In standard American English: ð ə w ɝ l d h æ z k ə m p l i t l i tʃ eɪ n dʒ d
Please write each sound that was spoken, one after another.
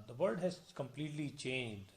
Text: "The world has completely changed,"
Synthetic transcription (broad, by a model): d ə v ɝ d h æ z k ə m p l i t l i tʃ eɪ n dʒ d